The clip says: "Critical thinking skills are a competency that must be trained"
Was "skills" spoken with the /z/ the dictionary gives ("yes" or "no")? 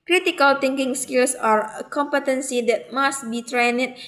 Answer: no